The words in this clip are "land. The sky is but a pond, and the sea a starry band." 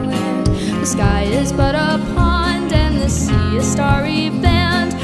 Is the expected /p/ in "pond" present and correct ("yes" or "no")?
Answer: yes